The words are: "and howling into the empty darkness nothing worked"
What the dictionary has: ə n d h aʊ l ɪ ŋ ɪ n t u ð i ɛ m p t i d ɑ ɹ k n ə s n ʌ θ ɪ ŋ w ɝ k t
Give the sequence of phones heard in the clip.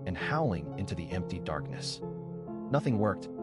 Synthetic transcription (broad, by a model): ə n h aʊ l ɪ ŋ ɪ n t u ð i ɛ m p t i d ɑ ɹ k n ə s n ʌ θ ɪ ŋ w ɝ k t